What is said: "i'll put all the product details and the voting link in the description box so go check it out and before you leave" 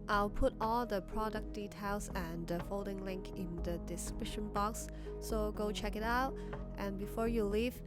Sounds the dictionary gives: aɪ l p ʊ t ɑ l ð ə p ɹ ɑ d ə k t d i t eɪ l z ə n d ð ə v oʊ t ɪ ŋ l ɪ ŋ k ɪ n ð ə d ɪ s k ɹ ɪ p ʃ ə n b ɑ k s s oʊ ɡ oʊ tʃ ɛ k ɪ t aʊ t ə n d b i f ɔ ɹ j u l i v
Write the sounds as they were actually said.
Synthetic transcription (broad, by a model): aɪ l p ʊ t ɑ l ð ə p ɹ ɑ d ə k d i t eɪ l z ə n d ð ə f oʊ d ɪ ŋ l ɪ ŋ k ɪ n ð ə d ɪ s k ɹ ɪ ʃ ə n b ɑ k s s oʊ ɡ oʊ tʃ ɛ k ɪ t aʊ t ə n b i f ɔ ɹ j u l i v